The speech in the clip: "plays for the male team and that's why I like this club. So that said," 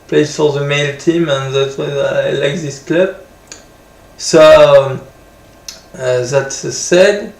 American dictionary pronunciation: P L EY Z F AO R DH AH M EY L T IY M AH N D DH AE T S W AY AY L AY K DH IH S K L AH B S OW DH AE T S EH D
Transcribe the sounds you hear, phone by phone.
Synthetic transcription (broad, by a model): P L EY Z F AO R DH AH M EY L T IY M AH N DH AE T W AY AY L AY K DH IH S K L AH B S OW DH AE T S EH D